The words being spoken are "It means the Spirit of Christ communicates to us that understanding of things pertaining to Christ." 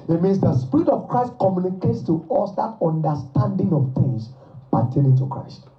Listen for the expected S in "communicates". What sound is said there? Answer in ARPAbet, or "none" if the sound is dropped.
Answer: S